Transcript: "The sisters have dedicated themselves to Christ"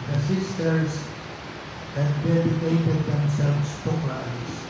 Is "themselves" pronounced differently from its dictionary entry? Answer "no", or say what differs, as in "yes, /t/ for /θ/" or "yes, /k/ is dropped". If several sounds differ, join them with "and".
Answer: yes, /s/ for /z/